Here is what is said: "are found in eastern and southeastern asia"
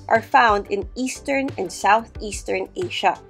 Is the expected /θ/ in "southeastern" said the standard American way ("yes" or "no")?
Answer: yes